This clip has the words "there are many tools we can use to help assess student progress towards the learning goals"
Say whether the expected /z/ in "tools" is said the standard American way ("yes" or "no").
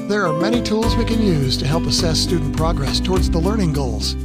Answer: yes